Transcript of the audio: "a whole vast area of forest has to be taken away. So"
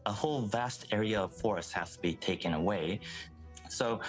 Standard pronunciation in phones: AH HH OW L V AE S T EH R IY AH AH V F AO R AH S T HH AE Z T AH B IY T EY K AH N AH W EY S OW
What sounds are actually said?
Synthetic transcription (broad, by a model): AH HH OW L V AE S T EH R IY AH AH V F AO R AH S T HH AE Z T AH B IY T EY K AH N AH W EY S OW